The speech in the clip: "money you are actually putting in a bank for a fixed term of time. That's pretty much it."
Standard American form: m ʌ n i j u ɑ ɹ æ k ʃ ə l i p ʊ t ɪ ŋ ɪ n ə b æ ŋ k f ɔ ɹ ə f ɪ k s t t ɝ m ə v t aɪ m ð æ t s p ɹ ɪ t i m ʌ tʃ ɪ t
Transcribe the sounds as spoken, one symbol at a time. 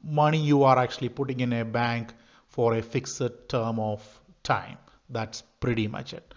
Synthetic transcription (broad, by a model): m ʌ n i j u ɑ ɹ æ k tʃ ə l i p ʊ t ɪ ŋ ɪ n ə b æ ŋ k f ɔ ɹ ə f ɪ k s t t ɝ m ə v t aɪ m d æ t s p ɹ ɪ t i m ʌ tʃ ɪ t